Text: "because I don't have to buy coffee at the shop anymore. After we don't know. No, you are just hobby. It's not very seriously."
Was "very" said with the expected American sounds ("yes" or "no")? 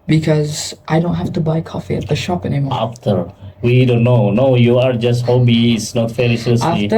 no